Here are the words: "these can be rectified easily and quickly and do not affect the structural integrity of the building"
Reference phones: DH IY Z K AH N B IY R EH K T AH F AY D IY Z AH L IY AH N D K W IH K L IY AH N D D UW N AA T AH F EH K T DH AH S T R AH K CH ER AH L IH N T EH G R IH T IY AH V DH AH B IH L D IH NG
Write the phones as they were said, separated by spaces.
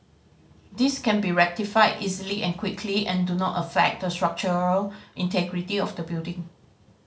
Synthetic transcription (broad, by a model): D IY S K AH N B IY R EH K T AH F AY D IY Z AH L IY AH N K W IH K L IY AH N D D UW N AA T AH F EH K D AH S T R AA K CH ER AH L IH N T EH G R IH T IY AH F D AH B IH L D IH NG